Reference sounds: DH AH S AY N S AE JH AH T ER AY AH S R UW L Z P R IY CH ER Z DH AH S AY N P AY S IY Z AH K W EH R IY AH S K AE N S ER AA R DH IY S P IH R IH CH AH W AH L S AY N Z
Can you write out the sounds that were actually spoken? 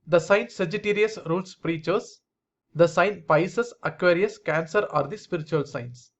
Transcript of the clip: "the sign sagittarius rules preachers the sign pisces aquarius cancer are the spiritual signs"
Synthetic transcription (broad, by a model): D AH S AY N S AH JH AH T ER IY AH S R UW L S P R IY CH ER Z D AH S AY N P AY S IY S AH K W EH R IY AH S K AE N S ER AA R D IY S P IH R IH CH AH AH L S AY N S